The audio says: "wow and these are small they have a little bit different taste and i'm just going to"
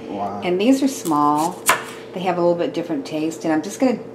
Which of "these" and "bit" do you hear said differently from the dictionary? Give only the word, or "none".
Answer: none